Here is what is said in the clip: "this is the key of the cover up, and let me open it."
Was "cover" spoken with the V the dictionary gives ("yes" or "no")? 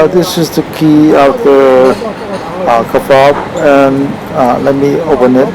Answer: no